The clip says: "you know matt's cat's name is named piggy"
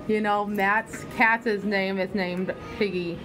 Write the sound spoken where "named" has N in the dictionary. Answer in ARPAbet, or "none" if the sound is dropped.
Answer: N